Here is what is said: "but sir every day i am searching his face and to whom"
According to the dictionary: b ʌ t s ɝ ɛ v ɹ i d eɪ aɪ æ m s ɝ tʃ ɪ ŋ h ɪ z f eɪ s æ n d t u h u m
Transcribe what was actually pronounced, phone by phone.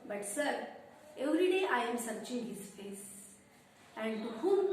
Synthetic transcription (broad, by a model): b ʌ t s ɝ ɛ v ɹ i d eɪ aɪ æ m s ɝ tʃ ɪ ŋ h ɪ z f eɪ s æ n d t u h u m